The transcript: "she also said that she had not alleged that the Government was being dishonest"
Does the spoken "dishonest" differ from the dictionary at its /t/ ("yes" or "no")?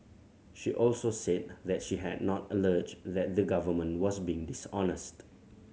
no